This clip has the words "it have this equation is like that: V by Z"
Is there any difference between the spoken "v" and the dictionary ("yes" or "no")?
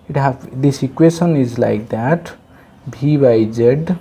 yes